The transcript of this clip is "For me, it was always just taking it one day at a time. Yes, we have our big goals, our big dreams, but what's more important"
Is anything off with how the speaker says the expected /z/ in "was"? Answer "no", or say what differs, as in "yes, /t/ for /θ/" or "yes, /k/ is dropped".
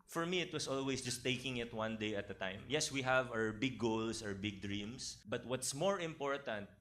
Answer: yes, /s/ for /z/